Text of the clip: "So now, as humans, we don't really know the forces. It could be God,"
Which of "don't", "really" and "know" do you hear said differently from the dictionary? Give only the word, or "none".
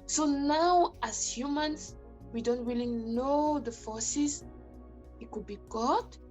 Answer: really